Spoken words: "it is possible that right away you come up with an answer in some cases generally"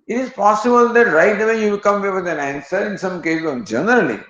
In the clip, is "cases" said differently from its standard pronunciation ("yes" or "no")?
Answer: yes